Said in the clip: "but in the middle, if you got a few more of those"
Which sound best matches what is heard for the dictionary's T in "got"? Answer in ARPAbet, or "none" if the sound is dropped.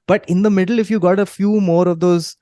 T